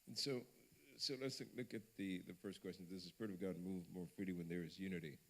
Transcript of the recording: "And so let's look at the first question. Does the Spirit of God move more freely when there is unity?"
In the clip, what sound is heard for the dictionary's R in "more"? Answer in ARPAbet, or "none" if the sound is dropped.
R